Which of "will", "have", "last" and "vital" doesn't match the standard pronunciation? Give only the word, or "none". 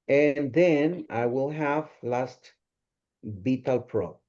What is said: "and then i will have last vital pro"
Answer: vital